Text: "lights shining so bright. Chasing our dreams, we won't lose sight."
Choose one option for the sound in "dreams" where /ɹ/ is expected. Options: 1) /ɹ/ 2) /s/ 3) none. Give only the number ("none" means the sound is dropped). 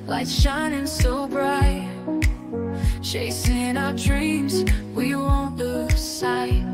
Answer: 1